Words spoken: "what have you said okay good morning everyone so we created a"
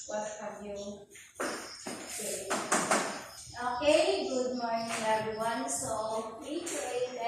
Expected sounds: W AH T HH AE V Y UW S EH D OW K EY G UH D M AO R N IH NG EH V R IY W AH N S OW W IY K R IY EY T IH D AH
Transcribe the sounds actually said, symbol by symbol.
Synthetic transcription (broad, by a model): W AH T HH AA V Y UW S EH OW K EY G UH D M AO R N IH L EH B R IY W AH N S OW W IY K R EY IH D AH